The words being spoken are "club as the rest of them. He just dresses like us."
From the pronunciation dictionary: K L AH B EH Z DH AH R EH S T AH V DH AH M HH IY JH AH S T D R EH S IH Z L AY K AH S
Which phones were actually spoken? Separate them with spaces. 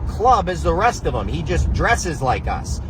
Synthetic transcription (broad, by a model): K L AH B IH Z DH AH R EH S T AH V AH M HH IY JH AH S D R EH S IH Z L AY K AH S